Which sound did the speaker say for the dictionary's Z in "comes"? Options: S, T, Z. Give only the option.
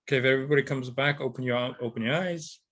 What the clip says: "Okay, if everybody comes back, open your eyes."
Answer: Z